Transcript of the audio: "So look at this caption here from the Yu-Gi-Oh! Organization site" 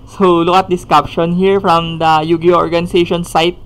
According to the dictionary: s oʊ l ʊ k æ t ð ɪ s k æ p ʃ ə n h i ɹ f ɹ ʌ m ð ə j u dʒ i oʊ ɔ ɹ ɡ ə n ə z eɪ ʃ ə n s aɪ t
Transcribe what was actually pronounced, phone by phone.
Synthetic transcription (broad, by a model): s oʊ l ʊ k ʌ t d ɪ s k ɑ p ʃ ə n h i ɹ f ɹ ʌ m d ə j u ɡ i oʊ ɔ ɹ ɡ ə n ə s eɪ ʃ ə n s aɪ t